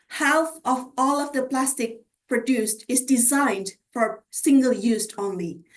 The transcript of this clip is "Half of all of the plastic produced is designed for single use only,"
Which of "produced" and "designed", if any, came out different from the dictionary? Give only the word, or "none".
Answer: none